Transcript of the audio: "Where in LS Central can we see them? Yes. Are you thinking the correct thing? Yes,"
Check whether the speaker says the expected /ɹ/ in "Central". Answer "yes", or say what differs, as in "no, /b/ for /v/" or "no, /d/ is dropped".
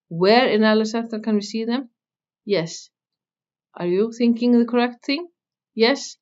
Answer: no, /ɹ/ is dropped